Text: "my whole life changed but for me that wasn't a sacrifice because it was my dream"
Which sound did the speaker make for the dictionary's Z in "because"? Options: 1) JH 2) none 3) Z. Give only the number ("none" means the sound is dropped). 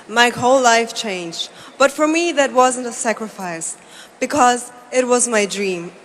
3